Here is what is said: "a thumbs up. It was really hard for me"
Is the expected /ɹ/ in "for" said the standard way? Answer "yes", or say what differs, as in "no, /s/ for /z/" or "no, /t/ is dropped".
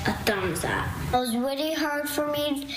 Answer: yes